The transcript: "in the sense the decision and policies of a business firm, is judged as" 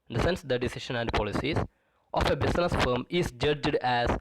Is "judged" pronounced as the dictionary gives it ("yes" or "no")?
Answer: yes